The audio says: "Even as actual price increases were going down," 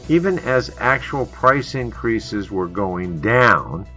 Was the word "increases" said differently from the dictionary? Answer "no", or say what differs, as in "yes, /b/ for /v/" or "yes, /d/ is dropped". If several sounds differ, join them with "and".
no